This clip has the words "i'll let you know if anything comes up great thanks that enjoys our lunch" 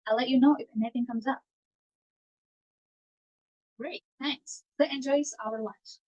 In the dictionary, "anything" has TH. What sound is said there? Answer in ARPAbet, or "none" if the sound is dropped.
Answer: TH